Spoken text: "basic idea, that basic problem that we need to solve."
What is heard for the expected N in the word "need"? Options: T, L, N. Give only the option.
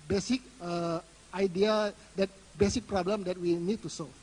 N